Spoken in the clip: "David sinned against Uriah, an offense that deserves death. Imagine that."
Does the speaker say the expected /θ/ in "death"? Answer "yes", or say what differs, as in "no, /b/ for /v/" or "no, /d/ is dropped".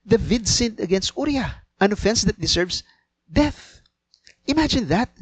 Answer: yes